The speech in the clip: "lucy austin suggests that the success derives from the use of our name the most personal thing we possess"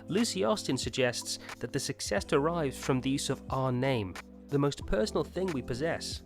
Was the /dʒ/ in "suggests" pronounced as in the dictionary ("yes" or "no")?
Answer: yes